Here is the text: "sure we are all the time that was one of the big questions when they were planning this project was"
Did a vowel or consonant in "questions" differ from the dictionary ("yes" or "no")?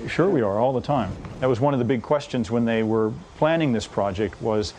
no